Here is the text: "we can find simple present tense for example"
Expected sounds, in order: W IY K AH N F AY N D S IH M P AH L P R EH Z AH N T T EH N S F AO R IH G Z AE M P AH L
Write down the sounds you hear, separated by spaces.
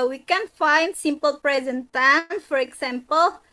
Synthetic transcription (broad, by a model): W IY K AH N F AY N D S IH M P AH L P R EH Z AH N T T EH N F AO R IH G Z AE M P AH L